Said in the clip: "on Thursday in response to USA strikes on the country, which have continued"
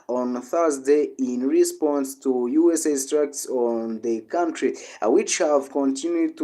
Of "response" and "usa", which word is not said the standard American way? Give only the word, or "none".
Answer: none